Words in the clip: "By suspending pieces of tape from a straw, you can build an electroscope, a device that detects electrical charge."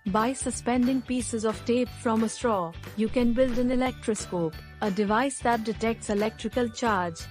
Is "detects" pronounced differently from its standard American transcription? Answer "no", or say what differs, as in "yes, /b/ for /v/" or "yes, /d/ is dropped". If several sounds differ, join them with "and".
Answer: no